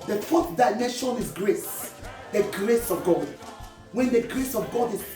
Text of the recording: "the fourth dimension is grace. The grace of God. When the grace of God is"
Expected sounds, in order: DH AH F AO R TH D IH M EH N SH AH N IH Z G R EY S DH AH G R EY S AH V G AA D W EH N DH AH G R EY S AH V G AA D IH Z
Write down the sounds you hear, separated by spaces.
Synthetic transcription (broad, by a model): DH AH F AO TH D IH IH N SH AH N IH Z G R EY S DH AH G R EY S AH V G AA D W EH N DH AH G R EY S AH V G AA D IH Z